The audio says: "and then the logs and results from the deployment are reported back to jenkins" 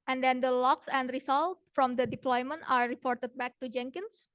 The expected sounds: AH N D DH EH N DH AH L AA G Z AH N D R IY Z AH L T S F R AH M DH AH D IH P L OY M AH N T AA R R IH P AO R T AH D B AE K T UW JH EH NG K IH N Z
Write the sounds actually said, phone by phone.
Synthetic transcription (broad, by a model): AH N D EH N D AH L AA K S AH N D R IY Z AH L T F R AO M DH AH D IH P L OY M AH N T AA R R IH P AO R T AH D B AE K T UW JH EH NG K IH N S